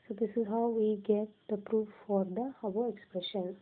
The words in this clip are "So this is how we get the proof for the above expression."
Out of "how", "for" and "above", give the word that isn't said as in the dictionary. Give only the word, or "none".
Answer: above